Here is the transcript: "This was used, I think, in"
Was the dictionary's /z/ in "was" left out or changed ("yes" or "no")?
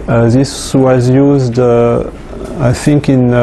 no